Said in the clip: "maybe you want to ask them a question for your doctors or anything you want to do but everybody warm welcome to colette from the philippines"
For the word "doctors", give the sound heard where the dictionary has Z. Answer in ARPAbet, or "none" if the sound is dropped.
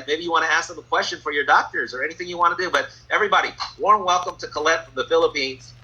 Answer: Z